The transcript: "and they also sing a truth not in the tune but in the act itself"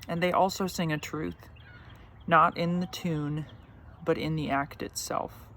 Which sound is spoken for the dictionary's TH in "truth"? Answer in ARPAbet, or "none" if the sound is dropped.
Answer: TH